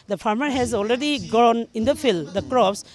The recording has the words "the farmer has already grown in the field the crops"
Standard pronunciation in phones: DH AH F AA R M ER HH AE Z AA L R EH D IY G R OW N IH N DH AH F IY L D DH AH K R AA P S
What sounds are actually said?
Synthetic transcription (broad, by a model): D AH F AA R M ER HH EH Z AA L R EH D IY G OW N IH N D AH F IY L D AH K R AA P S